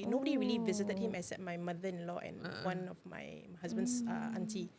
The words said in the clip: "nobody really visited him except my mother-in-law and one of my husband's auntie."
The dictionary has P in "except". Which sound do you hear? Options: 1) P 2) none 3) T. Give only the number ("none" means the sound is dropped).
2